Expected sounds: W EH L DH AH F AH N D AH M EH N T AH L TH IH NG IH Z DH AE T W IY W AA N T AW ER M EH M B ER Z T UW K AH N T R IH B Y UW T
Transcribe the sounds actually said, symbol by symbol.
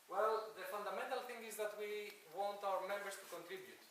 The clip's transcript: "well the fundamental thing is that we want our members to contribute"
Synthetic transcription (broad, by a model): W EH L DH AH F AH N D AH M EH N T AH L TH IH NG IH Z DH AE T W IY W AA N T AW ER M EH M B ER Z T UW K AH N T R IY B Y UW T